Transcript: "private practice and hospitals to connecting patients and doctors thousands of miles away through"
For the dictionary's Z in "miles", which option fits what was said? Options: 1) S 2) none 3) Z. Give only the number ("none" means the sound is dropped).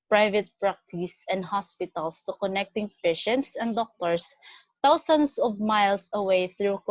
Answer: 1